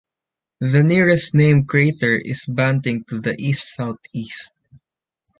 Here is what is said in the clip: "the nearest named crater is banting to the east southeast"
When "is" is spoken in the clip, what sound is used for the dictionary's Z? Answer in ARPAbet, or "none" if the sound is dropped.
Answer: S